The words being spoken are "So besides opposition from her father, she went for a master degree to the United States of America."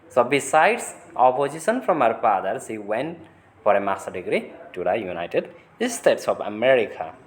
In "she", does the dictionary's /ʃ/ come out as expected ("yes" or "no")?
no